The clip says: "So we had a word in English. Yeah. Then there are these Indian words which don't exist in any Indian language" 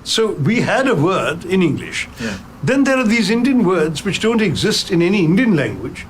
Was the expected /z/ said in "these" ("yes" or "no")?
yes